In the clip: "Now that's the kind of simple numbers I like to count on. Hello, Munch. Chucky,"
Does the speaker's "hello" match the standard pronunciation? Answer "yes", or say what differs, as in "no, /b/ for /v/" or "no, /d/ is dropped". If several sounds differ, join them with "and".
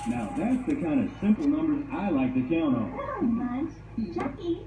no, /n/ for /l/